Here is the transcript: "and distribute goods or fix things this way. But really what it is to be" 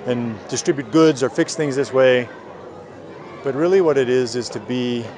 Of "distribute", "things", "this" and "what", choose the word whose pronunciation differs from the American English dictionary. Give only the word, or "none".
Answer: none